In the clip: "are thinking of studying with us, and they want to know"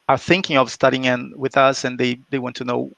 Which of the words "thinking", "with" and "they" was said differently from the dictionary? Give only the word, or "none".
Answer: none